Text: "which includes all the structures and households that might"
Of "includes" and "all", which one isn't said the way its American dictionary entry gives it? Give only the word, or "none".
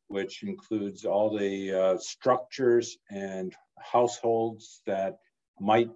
none